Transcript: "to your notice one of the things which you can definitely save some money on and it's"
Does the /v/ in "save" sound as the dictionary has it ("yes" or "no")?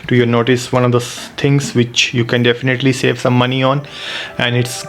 yes